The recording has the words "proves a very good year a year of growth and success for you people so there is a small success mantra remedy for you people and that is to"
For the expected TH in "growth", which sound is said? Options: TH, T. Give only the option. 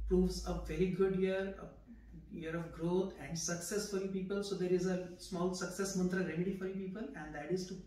T